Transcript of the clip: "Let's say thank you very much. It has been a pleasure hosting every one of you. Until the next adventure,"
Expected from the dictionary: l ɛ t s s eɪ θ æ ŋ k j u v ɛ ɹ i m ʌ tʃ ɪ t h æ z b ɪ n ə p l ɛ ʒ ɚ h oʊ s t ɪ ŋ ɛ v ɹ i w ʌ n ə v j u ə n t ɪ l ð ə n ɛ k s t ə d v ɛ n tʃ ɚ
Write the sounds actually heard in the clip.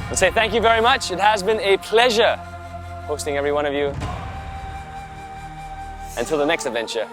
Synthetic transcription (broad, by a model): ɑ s s eɪ θ æ ŋ k j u v ɛ ɹ i m ʌ tʃ ɪ t h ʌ z b ɪ n ə p l ɛ ʒ ɚ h oʊ s t ɪ ŋ ɛ v ɹ i w ʌ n ə v j u ə n t ɪ l ð ə n ɛ k s t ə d v ɛ n tʃ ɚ